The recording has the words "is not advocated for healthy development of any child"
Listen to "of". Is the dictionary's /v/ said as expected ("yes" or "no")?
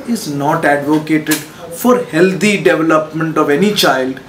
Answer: yes